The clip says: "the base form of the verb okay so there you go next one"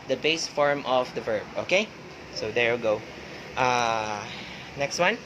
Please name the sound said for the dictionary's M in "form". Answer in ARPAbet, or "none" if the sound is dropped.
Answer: M